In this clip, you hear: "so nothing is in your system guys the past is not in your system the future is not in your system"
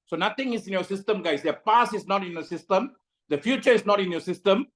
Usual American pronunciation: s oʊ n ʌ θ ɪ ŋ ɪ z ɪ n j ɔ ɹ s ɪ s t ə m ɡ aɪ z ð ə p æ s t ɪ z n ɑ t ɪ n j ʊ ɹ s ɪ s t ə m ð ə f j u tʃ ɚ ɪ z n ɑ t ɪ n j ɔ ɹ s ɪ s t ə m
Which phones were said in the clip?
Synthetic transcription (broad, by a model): s oʊ n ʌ t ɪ ŋ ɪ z ɪ n j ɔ s ɪ s t ə m ɡ aɪ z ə p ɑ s ɪ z n ɑ t ɪ n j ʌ s ɪ s t ə m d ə f j u tʃ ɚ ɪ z n ɑ t ɪ n j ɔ s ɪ s t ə m